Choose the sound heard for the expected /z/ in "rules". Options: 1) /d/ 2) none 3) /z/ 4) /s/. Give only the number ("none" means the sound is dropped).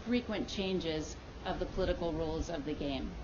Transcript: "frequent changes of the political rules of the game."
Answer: 3